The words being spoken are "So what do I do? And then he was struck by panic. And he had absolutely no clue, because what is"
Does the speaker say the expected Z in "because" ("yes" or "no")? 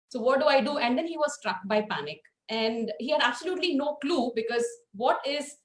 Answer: yes